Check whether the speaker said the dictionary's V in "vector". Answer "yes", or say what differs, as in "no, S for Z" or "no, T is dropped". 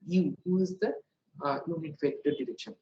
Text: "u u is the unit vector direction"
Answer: no, F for V